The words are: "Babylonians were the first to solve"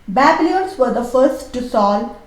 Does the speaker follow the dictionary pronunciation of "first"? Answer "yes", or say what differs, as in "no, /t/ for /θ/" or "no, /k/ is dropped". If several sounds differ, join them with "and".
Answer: yes